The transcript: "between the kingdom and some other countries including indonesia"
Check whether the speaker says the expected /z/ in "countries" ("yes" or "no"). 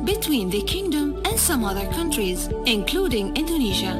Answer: yes